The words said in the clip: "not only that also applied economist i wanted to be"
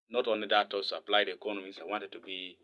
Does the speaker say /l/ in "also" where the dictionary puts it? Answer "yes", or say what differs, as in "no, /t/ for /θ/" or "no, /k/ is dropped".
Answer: no, /l/ is dropped